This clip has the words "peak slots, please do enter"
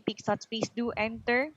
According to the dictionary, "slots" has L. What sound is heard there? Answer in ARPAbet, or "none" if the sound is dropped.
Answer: none